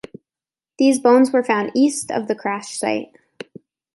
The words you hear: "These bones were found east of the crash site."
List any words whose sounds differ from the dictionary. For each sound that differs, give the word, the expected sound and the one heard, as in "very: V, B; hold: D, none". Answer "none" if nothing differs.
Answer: none